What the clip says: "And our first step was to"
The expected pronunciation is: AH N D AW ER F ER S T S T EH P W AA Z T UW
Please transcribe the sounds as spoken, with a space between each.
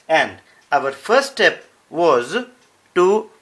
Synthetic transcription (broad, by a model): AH N D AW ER F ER T S T EH P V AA Z T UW